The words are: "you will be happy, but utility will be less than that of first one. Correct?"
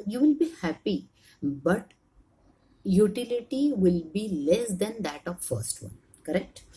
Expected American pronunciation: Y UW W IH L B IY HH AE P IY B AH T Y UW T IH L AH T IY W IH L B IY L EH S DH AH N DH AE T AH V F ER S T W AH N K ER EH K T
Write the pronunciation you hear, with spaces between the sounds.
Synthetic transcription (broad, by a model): Y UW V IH L B IY HH AE P IY B AH T Y UW T IH L AH T IY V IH L B IY L EH S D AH N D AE T AH V F ER S T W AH N K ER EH K T